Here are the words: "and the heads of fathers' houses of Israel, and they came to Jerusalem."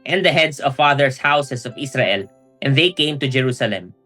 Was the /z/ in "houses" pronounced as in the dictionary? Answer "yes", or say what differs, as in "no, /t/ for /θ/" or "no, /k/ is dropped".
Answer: no, /s/ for /z/